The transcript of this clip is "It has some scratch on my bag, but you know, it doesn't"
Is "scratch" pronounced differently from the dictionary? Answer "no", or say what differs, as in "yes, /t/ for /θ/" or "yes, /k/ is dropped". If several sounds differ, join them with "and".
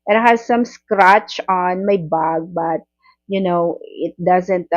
no